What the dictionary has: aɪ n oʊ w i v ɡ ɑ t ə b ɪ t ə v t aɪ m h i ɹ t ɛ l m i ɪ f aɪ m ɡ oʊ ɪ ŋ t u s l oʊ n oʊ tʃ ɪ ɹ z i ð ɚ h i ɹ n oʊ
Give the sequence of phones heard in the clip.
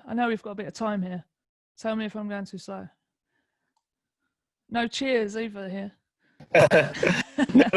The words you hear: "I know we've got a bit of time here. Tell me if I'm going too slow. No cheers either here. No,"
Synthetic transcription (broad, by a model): aɪ n oʊ w i v ɡ ɑ t ə b ɪ t ə v t aɪ m h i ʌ t ɛ l m i ɪ f aɪ m ɡ oʊ ɪ ŋ t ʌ s oʊ n oʊ tʃ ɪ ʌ z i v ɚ h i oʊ